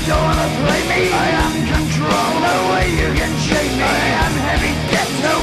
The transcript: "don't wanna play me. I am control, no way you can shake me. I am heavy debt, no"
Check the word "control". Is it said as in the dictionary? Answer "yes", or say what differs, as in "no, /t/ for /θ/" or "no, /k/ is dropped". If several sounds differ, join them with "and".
yes